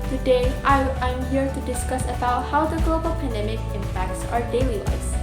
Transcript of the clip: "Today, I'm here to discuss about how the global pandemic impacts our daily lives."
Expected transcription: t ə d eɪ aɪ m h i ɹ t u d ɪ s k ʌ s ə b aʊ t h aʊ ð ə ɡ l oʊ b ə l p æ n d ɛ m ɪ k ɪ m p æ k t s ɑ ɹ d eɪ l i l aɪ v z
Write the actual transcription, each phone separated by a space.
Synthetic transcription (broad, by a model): t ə d eɪ aɪ m h i ɹ t u d ɪ s k ʌ s ə b aʊ t h aʊ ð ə ɡ l oʊ b ə l p æ n d ɛ m ɪ k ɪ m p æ k t s ɑ ɹ d eɪ l i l aɪ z